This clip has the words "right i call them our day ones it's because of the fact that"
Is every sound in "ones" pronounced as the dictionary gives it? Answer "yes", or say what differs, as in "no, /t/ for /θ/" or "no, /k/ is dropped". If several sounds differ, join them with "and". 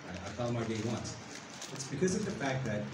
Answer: no, /s/ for /z/